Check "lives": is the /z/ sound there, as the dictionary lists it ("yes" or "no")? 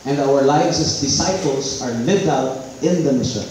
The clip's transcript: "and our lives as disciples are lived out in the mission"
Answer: no